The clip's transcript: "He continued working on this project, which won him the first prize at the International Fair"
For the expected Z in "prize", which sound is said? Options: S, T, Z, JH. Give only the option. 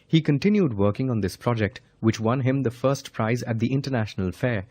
Z